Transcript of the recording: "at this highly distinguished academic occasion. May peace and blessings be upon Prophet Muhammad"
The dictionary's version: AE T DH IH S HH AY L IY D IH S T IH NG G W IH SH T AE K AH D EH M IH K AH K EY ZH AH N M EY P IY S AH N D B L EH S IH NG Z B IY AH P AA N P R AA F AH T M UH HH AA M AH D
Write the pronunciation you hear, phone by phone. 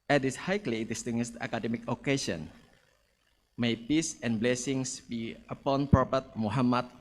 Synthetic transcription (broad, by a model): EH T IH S HH AY L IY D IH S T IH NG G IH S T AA K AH D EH M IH K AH K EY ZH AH N M EY P IY S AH N B L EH S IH NG S B IY AH P AA N P R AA P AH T M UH HH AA M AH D